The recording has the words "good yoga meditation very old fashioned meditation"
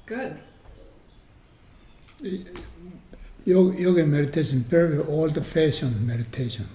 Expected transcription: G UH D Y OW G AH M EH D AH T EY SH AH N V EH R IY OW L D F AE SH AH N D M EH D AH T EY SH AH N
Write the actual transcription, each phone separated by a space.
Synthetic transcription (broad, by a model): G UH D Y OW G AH M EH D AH T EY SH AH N P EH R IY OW L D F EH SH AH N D M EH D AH T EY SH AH N